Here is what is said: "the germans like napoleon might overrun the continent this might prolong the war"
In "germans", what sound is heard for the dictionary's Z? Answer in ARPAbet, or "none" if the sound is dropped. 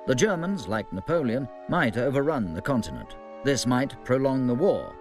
Z